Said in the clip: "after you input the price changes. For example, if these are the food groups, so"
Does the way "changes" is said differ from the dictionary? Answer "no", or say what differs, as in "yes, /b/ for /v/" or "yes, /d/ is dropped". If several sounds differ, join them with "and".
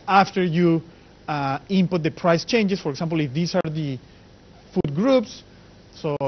yes, /s/ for /z/